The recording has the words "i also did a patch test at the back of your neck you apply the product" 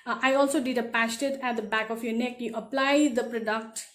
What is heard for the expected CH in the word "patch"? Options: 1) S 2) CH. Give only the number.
1